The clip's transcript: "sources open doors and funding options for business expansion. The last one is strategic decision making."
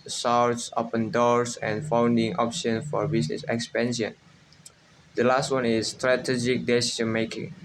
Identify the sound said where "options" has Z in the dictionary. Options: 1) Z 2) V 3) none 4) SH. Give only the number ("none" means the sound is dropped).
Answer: 3